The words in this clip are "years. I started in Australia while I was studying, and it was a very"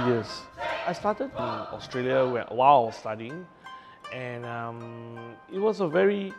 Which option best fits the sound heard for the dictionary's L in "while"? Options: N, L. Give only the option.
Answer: N